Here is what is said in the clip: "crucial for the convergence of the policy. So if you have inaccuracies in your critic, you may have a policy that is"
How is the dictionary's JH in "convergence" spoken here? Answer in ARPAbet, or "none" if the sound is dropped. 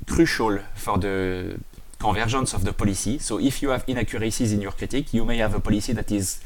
ZH